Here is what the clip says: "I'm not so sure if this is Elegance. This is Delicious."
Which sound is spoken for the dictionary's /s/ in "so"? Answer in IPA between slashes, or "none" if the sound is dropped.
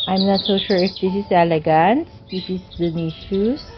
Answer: /s/